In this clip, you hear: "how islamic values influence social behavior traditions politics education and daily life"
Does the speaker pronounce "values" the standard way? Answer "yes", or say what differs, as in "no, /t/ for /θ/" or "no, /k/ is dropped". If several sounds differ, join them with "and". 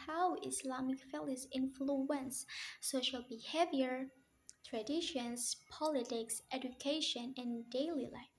no, /f/ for /v/